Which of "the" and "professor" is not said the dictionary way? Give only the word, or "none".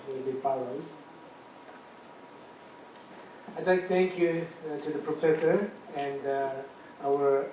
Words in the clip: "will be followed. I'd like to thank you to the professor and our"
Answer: none